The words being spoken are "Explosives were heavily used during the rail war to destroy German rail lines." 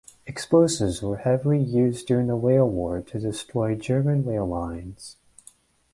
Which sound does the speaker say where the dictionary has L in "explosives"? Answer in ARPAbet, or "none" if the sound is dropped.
none